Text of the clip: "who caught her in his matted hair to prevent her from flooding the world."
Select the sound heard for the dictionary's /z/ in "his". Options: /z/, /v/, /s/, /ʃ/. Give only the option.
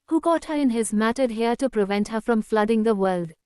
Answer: /z/